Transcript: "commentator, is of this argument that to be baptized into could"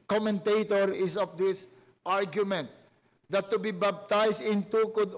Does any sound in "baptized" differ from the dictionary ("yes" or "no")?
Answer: yes